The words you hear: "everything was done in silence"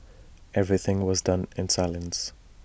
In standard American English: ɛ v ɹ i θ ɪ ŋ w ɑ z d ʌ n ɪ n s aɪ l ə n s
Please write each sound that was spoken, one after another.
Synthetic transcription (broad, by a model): ɛ v ɹ i θ ɪ ŋ w ɑ z d ʌ n ɪ n s aɪ l ə n s